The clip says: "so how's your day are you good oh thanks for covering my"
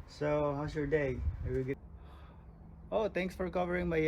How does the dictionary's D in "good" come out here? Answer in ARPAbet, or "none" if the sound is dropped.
none